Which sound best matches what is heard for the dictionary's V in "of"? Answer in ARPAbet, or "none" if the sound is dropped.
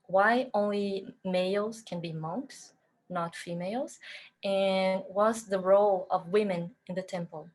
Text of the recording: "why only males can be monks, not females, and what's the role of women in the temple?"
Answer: V